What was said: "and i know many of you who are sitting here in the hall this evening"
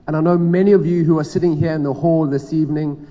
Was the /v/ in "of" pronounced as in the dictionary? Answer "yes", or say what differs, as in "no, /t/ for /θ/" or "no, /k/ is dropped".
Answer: yes